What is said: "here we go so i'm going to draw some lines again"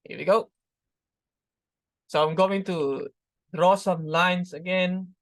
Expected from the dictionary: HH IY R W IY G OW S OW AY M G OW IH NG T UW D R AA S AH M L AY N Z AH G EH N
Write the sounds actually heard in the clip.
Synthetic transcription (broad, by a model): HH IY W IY G OW S OW AY M G OW IH NG T UW D R AA S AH M L AY N S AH G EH N